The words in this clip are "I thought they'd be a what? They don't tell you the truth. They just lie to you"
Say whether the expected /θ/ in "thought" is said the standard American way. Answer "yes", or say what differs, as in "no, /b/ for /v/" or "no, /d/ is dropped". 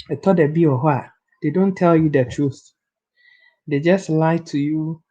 no, /t/ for /θ/